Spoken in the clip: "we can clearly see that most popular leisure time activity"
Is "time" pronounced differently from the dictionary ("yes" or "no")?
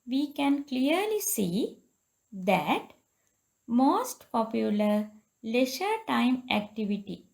no